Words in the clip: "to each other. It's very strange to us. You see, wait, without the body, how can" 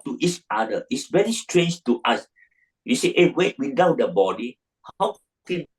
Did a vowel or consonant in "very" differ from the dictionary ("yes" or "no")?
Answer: no